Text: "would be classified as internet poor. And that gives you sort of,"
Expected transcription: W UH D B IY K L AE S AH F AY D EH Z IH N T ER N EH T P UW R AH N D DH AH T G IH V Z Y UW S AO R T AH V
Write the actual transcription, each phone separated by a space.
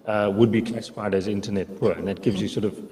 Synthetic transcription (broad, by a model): W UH D B IY K L AE S AH F AY D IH Z IH N T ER N EH T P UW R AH N DH AH T G IH V Z Y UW S AO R T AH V